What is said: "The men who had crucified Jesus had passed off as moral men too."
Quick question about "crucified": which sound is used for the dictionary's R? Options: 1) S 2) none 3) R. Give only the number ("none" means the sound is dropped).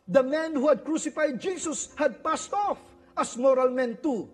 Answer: 3